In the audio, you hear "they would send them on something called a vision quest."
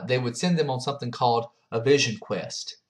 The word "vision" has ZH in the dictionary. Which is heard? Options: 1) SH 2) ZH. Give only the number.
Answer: 2